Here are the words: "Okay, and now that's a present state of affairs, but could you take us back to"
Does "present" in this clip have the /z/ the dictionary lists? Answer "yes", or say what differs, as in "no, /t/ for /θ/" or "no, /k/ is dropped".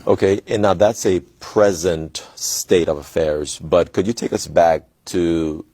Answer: yes